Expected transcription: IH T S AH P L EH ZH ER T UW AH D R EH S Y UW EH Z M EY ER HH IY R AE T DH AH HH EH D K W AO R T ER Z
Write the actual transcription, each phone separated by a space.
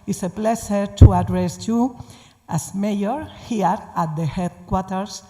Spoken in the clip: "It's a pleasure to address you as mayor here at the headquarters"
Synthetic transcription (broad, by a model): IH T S AH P L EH SH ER T UW AH D R EH S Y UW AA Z M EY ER HH IY R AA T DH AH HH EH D K W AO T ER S